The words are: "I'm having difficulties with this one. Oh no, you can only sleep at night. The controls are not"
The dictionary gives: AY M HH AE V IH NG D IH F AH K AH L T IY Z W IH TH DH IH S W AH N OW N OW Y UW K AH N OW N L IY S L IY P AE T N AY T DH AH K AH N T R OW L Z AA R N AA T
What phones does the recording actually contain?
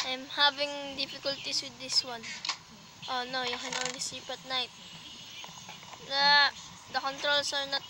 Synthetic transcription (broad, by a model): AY M HH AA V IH NG D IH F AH K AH L T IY S W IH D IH S W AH N OW N OW Y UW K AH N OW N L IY S IY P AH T N AY T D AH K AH N T R OW L S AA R N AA T